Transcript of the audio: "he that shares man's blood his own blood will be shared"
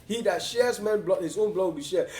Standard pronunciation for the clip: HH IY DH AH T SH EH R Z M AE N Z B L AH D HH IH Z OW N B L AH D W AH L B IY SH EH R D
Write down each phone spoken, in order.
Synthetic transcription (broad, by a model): HH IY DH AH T SH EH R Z M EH N B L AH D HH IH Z OW N B L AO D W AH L B IY SH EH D